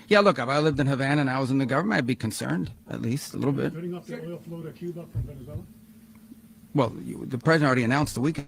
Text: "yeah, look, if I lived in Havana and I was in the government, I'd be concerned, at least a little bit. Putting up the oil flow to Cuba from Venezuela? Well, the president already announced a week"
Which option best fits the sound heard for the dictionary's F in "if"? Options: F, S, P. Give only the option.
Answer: P